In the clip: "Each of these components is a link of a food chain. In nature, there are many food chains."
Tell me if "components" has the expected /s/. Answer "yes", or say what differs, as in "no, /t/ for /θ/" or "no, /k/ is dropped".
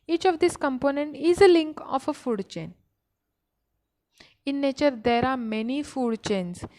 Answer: no, /s/ is dropped